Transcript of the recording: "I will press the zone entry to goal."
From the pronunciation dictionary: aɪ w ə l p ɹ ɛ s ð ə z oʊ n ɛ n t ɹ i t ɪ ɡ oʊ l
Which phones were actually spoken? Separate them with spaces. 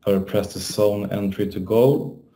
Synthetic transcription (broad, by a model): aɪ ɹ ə p ɹ ɛ s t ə s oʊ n ɛ n t ɹ i t ɪ ɡ oʊ